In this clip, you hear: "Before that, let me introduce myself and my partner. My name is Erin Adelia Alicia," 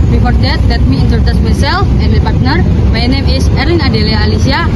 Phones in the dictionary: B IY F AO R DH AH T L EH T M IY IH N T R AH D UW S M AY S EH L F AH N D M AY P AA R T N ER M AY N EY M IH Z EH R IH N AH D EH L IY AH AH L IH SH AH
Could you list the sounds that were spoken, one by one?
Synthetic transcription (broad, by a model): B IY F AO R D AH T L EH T M IY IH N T AH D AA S M AY S EH L F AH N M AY P AA R T N ER M AY N EY M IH S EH R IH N AH D EH L IY AH L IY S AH